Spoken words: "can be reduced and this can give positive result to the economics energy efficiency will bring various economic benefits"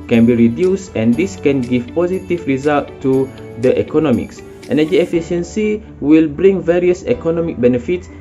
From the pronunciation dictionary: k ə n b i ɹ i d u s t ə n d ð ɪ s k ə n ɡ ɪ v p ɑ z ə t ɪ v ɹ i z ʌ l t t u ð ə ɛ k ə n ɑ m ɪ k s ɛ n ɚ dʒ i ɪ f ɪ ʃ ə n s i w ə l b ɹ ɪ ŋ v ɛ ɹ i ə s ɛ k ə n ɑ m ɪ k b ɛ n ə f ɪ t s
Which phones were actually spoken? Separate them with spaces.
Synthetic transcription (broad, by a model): k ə n b i ɹ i d u s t ə n d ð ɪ s k ə n ɡ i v p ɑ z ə t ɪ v ɹ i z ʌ l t t u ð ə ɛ k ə n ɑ m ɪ k s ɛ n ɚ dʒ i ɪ f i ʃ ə n s i w ə l b ɹ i ŋ v ɛ ɹ i ə s ɛ k ə n ɑ m ɪ k b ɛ n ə f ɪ t s